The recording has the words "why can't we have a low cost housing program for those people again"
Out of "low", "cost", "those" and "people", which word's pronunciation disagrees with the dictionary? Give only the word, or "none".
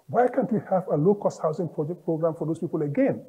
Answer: those